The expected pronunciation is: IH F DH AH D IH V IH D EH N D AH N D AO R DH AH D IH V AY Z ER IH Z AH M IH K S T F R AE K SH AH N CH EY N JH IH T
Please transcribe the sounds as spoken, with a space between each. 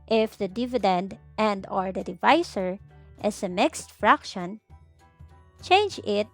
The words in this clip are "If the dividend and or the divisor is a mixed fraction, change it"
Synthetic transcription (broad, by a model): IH F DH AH D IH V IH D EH N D AH N D AO R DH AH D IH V AY S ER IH S AH M IH K S T F R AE K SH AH N CH EY N JH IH T